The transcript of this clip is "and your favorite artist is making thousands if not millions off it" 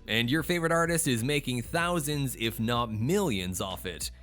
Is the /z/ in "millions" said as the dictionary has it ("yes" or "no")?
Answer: yes